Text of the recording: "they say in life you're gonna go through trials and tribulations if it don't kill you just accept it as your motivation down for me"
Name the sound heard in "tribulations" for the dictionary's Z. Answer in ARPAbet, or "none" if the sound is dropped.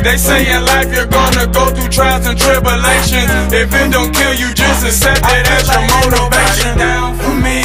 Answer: none